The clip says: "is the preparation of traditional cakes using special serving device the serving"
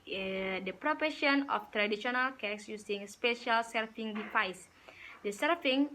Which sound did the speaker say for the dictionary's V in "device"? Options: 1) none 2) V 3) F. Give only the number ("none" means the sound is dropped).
3